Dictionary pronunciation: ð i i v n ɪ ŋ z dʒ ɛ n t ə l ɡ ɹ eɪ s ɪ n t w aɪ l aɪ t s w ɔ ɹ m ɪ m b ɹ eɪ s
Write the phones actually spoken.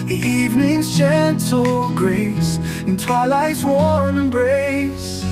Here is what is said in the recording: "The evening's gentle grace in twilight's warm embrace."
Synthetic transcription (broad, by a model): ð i i v n ɪ ŋ z tʃ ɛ n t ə l ɡ ɹ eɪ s ɪ n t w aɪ l aɪ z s w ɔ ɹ ɪ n b ɹ eɪ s